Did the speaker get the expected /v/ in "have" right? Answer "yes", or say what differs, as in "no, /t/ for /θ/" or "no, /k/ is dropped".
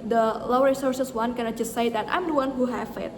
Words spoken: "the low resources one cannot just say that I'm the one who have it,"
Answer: no, /f/ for /v/